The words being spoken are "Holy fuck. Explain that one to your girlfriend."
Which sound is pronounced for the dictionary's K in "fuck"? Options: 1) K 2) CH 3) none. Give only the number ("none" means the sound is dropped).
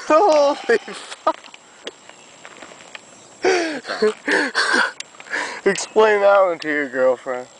3